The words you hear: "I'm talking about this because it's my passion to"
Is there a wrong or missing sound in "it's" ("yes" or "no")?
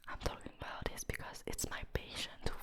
no